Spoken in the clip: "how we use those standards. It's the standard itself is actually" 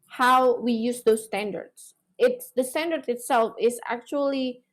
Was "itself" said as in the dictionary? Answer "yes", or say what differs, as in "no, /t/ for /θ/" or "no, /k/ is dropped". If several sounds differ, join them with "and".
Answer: yes